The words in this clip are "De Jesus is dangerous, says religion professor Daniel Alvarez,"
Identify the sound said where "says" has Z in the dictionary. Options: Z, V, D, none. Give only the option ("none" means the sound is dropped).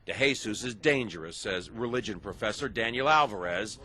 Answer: Z